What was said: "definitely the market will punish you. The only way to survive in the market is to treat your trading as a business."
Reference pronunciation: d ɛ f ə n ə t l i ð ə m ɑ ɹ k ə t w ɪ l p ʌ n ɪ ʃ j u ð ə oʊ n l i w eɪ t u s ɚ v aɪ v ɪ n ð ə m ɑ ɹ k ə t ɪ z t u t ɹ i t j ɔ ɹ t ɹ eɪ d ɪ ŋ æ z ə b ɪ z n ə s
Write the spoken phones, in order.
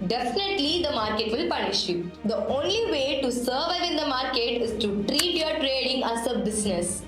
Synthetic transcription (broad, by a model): d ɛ f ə n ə t l i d ə m ɑ ɹ k ə t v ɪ l p ʌ n ɪ ʃ j u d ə oʊ n l i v eɪ t u s ɚ v aɪ v ɪ n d ə m ɑ ɹ k ə t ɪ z t u t ɹ i t j ɔ ɹ t ɹ eɪ d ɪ ŋ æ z ə b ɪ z n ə s